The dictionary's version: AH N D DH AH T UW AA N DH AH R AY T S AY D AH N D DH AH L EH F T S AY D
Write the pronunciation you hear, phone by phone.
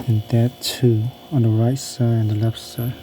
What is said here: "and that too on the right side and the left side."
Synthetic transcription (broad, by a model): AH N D DH AH T UW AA N DH AH R AY T S AY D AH N DH AH L EH F T S AY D